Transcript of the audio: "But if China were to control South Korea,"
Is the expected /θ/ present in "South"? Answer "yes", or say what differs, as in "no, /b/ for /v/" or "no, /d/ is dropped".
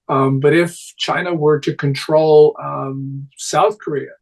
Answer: yes